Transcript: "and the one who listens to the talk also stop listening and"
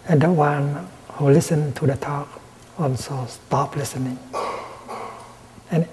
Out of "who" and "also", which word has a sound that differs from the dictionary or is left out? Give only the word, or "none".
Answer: also